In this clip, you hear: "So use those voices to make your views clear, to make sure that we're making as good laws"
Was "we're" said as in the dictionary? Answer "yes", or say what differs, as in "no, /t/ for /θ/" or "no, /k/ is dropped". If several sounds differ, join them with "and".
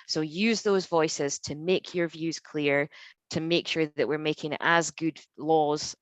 yes